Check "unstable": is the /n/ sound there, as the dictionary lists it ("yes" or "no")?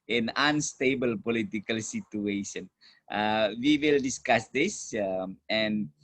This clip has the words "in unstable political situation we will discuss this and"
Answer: yes